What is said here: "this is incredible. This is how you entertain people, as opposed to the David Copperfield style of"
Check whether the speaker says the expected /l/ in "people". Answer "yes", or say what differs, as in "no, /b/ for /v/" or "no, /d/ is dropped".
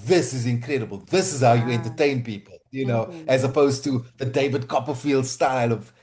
no, /n/ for /l/